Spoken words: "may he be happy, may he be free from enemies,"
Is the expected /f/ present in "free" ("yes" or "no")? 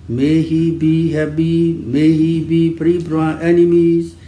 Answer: no